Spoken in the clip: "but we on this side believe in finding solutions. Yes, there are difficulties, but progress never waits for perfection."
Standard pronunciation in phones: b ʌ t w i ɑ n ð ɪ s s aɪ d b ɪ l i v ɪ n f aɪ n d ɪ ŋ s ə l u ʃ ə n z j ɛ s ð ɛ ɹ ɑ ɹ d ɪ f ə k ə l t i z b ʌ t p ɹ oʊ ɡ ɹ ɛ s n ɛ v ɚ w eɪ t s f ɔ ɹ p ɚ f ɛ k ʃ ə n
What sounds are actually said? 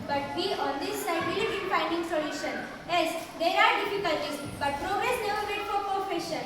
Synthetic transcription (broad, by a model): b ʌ t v i ɑ n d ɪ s s aɪ d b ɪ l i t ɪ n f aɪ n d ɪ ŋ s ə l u ʃ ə n j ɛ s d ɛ ɹ ɑ ɹ d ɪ f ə k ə l t i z b ʌ t p ɹ oʊ ɡ ɹ ɛ s n ɛ v ɚ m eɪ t f ɔ ɹ p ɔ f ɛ ʃ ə n